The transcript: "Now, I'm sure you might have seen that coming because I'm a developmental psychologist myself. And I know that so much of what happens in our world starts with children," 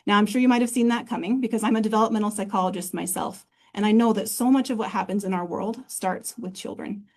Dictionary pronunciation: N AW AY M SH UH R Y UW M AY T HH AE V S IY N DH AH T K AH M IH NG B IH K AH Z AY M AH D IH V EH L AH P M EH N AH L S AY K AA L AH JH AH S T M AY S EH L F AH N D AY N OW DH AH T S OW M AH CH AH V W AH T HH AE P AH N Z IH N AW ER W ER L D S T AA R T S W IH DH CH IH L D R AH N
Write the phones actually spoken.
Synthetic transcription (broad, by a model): N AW AY M SH UH R Y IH M AY T HH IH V S IY N DH AH T K AH M IH NG B IH K AH Z AY M AH D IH V EH L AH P M EH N L S AY K AA L AH JH AH S T M AY S EH L F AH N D AY N OW DH AH T S OW M AH CH AH V W AH T HH AE P AH N Z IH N AW ER W ER L D S T AA R T S W IH DH CH IH L D R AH N